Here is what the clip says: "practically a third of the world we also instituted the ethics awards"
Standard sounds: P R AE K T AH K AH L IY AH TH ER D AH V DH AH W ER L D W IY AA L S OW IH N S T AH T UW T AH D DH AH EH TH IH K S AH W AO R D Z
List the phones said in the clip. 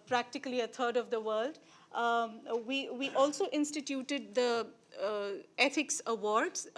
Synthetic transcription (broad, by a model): P R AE K T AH K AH L IY AH T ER D AH V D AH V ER L D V IY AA L S OW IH N S T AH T UW T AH D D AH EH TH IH K S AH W AO R D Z